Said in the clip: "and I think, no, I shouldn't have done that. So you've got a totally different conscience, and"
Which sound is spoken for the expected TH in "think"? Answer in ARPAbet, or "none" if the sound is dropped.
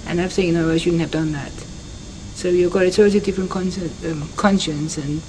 S